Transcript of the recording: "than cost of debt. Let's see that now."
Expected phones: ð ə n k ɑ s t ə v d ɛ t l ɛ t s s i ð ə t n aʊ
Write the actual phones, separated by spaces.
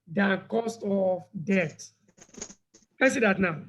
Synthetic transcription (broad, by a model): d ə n k ɑ s t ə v d ɛ t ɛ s s i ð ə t n aʊ